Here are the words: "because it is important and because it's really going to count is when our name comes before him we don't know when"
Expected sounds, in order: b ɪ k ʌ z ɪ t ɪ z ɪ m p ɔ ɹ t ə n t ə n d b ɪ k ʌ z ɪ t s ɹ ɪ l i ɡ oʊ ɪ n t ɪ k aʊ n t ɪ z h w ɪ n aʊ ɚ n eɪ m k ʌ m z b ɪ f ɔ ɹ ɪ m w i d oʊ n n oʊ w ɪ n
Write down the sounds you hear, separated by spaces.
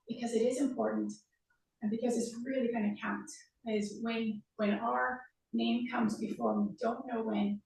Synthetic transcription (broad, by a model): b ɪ k ʌ z ɪ t ɪ z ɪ m p ɔ ɹ t n t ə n b ɪ k ʌ z ɪ t s ɹ ɪ l i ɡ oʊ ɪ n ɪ k aʊ n t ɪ z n w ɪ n aʊ ɚ n eɪ m k ʌ m z b ɪ f ɔ ɹ w i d oʊ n n oʊ w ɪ n